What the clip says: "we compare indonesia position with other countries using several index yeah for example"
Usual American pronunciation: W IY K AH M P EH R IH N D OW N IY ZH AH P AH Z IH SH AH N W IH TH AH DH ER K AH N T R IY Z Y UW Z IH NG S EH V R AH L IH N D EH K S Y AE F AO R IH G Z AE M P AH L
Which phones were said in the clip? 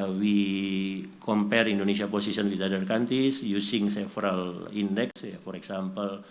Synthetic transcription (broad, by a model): W IY K AH M P EH R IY N D OW N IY S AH P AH S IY S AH N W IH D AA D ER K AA N T IY S Y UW S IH NG S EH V R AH L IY N D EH K S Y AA F AO R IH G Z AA M P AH L